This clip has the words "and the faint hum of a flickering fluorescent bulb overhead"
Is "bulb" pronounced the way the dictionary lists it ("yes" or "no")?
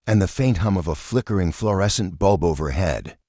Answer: yes